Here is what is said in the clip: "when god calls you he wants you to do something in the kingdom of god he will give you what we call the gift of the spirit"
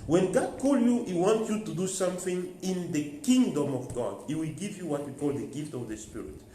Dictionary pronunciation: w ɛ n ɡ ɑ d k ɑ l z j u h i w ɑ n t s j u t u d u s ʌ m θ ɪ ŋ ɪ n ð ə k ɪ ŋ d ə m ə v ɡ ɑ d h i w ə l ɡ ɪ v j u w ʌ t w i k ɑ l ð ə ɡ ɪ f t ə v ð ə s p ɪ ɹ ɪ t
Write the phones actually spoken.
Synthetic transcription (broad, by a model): w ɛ n ɡ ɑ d k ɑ l j u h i w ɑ n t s j u t u d u s ʌ m θ ɪ ŋ ɪ n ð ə k ɪ ŋ d ə m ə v ɡ ɑ d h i w ə l ɡ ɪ v j u w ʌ t w i k ɑ l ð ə ɡ ɪ f t ə v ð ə s p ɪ ɹ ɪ t